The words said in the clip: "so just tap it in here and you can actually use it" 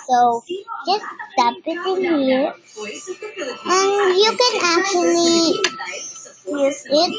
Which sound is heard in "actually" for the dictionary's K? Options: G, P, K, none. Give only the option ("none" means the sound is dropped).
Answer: K